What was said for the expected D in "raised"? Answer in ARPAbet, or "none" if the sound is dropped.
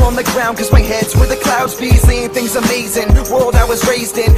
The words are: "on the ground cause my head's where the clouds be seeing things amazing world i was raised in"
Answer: D